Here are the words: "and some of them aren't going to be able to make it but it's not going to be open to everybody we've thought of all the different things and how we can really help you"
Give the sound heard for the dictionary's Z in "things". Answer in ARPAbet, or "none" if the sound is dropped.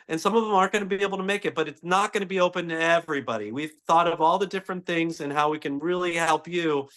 Z